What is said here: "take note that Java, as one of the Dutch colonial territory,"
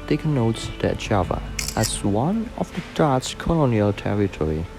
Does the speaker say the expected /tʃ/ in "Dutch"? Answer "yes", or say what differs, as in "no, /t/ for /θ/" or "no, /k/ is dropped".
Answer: no, /s/ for /tʃ/